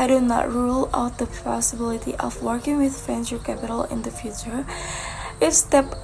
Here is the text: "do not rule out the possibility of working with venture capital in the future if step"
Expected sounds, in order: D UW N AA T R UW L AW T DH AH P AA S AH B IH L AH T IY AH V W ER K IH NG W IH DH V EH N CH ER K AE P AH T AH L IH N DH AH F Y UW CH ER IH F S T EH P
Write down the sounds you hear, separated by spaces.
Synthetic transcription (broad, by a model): D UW N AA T R UW L AW T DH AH P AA S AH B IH L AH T IY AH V W ER K IH NG W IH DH F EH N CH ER K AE P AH T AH L IH N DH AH F Y UW CH ER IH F S T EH P